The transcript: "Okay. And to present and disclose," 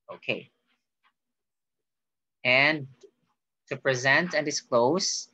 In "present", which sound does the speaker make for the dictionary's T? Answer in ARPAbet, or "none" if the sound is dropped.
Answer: T